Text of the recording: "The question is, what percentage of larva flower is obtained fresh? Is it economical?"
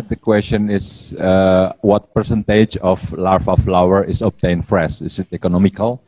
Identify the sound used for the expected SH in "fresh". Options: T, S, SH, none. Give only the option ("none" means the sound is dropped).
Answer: S